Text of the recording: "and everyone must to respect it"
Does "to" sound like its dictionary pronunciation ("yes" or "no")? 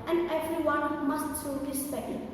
no